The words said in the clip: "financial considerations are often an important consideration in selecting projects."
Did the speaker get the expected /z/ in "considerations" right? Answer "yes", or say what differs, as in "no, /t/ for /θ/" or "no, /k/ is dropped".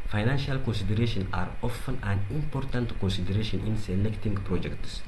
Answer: no, /z/ is dropped